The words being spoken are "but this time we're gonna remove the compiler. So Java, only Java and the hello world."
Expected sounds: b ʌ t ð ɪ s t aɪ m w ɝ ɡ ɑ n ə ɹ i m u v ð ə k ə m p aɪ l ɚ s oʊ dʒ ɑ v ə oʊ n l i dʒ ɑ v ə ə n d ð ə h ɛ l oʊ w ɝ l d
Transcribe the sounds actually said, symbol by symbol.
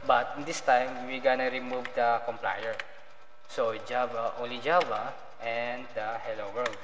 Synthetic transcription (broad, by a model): b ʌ t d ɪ s t aɪ m w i ɡ ɑ n ə ɹ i m u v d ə k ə m p aɪ ɚ s oʊ dʒ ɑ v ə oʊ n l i dʒ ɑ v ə ə n d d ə h ɛ l oʊ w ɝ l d